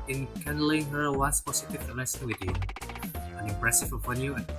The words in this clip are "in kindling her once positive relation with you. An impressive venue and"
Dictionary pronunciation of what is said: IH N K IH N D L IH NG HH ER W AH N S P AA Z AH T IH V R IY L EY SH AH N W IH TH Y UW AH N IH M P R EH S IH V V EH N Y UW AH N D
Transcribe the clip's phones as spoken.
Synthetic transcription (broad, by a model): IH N K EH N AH L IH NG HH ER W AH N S P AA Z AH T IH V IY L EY S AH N W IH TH Y UW AH N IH M P R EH S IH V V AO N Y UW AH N